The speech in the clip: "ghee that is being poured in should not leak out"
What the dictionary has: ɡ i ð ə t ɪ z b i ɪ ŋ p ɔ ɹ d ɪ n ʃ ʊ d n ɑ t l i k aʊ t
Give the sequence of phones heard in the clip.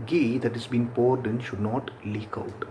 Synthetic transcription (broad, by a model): ɡ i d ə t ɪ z b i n p ɔ ɹ d ɪ n ʃ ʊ d n ɑ t l i k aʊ t